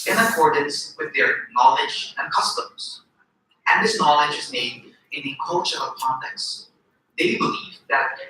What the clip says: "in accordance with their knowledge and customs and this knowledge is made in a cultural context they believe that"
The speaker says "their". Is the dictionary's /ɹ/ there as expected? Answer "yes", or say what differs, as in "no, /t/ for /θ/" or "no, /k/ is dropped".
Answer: yes